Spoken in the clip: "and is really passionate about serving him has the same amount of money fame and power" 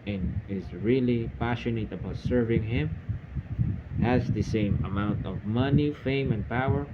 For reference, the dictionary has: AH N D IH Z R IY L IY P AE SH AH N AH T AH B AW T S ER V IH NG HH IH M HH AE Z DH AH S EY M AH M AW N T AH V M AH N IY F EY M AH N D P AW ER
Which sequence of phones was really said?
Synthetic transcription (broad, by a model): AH N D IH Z R IY L IY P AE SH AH N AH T AH B AW T S ER V IH NG HH IH M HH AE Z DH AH S EY M AH M AW N T AH V M AH N IY F EY M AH N P AW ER